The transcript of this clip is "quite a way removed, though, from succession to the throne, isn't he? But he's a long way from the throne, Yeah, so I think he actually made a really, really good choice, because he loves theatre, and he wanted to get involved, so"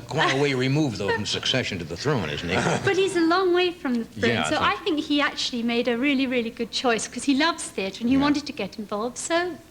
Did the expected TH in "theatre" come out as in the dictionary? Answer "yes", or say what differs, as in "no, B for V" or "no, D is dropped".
yes